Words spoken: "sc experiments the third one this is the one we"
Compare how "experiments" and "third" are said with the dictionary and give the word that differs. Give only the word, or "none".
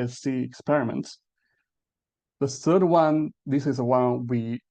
none